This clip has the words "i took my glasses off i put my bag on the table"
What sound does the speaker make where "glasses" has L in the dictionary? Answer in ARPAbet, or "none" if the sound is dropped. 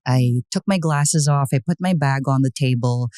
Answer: L